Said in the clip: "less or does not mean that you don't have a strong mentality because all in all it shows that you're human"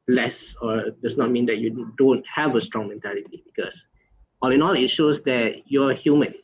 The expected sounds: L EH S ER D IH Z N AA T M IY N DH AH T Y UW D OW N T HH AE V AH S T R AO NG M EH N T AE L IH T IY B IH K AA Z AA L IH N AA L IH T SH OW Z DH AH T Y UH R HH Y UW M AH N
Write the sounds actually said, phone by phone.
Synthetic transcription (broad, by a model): L EH S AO D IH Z N AA T M IY N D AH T Y UW D OW N T HH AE V AH S T R AO NG M EH N T AE L IH T IY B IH K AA S AA L IH N AA L IH T SH OW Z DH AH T Y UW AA HH Y UW M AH N